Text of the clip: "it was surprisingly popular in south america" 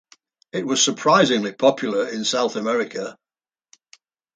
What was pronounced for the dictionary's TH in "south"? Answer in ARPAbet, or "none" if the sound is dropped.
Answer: TH